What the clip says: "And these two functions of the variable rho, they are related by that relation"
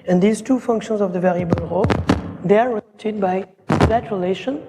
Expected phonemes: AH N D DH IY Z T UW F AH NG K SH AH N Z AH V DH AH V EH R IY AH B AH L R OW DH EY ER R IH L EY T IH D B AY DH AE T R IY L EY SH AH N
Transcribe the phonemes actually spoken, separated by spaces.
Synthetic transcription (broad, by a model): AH N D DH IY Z T UW F AH NG K SH AH N Z AH V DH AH V EH R IY AH B AH L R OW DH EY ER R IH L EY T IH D B AY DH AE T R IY L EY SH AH N